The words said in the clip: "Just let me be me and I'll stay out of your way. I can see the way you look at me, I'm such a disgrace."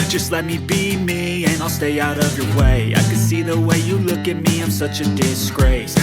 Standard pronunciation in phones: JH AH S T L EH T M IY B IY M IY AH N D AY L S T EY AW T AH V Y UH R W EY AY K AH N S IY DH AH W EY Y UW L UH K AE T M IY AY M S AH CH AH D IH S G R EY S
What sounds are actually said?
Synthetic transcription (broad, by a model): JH AH S T L EH T M IY B IY M IY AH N AY L S T EY AW T AH V Y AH R W EY AY K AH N S IY DH AH W EY Y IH L UH K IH T M IY AY M S AH CH AH D IH S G R EY S